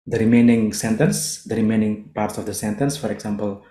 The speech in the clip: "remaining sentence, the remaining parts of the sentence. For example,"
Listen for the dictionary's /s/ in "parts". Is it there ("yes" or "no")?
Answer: yes